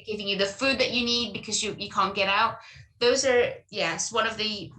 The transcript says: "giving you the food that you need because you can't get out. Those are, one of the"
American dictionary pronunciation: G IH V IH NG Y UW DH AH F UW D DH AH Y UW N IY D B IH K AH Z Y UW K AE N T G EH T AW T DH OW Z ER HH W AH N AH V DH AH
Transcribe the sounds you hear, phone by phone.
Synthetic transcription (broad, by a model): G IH V IH NG Y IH DH AH F UW D DH AH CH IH N IY D B IH K AH Z Y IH K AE N G EH T AW T DH OW Z ER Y W AH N AH V DH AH